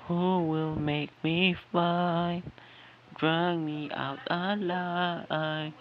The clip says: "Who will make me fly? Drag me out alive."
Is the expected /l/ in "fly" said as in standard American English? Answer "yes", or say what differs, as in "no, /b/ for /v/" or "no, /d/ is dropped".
no, /l/ is dropped